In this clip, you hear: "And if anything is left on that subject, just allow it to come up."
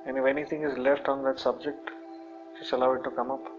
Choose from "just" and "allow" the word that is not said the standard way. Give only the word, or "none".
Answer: just